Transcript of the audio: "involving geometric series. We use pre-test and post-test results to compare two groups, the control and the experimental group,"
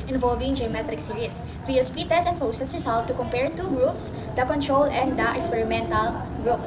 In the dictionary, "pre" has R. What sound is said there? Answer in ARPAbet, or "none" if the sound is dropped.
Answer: none